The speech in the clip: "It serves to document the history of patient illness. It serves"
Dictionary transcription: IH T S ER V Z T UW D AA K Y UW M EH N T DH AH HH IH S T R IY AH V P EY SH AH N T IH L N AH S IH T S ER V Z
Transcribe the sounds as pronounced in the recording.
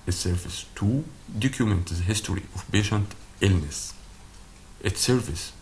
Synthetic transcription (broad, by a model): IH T S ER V S T UW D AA K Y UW M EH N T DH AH HH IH S T R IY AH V B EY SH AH N T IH L N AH S IH T S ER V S